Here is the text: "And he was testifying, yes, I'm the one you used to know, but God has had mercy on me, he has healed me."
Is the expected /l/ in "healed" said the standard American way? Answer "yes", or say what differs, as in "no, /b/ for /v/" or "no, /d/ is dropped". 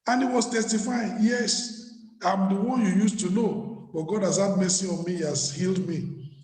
yes